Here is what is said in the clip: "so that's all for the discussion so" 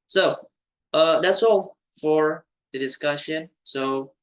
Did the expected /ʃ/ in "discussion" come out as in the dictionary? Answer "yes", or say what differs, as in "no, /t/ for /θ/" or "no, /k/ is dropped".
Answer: yes